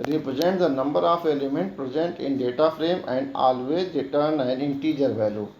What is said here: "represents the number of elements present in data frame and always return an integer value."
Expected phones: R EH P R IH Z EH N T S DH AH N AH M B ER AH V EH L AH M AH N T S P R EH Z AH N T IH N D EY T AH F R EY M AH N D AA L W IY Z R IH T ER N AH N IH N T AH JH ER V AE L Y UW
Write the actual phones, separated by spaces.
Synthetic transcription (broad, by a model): R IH P R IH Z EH N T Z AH N AH M B ER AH F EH L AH M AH N T P R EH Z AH N T IH N D EY T AH F R EY M AH N D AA L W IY R IH T ER N AH N IH N T AH JH ER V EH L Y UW